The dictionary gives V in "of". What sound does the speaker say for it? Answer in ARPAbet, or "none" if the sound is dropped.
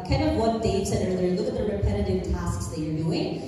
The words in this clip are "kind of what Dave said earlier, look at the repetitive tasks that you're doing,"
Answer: V